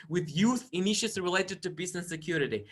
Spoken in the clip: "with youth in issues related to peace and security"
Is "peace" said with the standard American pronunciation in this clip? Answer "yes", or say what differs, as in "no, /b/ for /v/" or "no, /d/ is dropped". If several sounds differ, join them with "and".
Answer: no, /b/ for /p/